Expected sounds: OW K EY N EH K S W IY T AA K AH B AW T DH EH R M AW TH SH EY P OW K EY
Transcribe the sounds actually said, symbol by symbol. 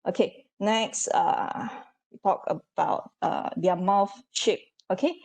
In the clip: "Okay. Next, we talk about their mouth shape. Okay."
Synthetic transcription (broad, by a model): OW K EY N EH K S W IY T AA K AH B AW T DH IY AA M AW F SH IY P OW K EY